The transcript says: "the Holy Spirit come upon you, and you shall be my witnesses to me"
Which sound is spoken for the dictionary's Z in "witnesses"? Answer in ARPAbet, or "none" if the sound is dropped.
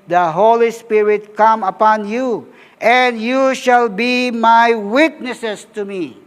S